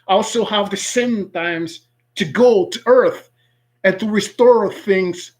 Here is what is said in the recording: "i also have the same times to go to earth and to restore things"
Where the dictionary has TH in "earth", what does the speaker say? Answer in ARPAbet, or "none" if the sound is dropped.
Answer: TH